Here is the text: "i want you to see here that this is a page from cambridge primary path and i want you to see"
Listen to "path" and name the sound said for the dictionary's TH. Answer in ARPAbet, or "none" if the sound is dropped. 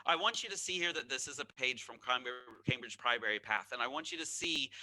TH